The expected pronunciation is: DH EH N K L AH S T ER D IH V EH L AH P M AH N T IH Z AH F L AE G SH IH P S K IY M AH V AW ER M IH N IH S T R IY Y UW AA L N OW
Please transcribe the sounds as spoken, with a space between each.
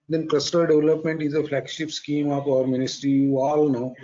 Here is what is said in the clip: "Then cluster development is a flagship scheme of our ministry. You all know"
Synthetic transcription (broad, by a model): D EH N K L AH S T ER D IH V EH L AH P M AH N T IH Z AH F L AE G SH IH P S K IY M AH P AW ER M IH N IH S T R IY Y UW AA L N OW